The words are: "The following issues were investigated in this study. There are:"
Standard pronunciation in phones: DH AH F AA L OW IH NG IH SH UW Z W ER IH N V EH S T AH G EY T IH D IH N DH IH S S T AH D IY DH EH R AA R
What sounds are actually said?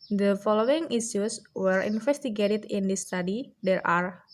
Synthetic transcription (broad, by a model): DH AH F AA L OW IH NG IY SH UW S W ER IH N F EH S T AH G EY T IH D IH N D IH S S T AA D IY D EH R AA R